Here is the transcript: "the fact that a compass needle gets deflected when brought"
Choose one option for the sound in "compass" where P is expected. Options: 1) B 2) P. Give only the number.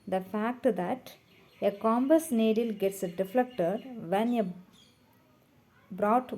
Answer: 1